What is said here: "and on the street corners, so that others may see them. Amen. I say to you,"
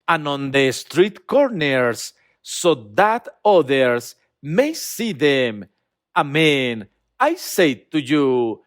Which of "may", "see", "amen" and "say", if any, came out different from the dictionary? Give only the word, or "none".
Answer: none